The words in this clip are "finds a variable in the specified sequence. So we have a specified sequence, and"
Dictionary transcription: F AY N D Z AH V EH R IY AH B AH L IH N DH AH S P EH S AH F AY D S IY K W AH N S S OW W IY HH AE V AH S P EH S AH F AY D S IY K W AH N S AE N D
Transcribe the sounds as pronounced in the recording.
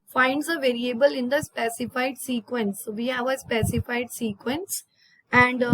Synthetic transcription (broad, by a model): F AY N D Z AH V EH R IY AH B AH L IH N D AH S P EH S AH F AY D S IY K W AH N S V IY HH AE V AH S P EH S AH F AY D S IY K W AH N S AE N D